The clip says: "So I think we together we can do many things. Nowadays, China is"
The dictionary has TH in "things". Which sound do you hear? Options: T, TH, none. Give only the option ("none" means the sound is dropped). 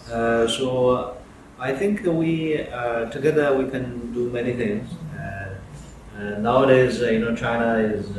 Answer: TH